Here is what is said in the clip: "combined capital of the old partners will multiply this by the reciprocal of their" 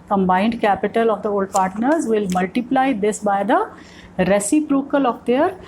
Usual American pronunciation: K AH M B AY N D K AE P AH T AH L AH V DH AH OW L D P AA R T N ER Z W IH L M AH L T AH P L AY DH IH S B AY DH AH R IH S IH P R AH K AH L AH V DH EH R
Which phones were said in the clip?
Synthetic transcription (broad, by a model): K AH M B AY N D K AE P AH T AH L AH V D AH OW L D P AA R T N ER Z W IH L M AH L T AH P L AY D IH S B AY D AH R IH S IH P R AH K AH L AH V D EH R